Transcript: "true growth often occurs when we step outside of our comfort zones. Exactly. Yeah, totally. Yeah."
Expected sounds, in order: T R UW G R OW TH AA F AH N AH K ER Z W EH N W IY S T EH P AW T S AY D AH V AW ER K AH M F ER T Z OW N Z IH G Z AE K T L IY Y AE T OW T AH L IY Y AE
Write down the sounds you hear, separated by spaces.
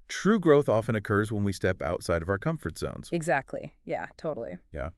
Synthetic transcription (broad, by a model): T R UW G R OW TH AA F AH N AH K ER Z W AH N W IY S T EH P AW T S AY D AH V AW ER K AH M F ER T Z OW N Z IH G Z AE K T L IY Y AE T OW T L IY Y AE